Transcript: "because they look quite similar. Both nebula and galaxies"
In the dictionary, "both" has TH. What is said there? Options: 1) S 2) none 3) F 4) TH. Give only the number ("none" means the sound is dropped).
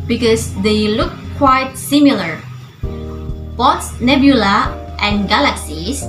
1